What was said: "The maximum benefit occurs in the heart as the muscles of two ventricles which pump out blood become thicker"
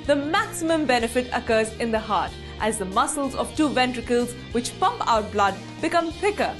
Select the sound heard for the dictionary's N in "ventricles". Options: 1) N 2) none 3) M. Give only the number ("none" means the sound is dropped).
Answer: 1